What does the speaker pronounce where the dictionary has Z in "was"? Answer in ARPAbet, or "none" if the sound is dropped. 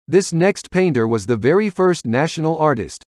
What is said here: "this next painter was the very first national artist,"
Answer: Z